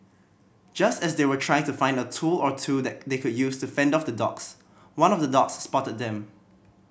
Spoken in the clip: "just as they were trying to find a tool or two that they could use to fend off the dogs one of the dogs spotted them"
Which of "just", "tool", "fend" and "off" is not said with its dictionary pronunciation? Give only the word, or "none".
none